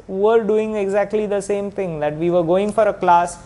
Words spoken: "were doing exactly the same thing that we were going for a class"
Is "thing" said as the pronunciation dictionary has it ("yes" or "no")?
no